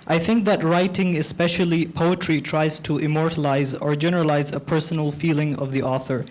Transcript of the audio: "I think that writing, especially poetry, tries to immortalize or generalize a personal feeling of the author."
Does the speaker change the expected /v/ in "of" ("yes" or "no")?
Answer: no